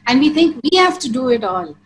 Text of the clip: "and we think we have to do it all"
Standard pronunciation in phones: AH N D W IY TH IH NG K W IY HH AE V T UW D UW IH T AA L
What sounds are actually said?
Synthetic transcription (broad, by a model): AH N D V IY T IH NG K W IY HH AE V T UW D UW IH T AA L